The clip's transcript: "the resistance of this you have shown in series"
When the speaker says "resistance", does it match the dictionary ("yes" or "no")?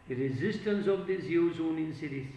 yes